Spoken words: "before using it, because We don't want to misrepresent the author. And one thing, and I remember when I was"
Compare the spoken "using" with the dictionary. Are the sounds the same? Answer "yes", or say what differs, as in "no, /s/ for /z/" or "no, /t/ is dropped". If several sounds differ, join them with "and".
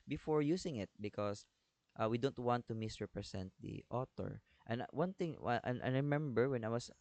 no, /s/ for /z/